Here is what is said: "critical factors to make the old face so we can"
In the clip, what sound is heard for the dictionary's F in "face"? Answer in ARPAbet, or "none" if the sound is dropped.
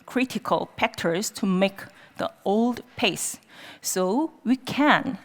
P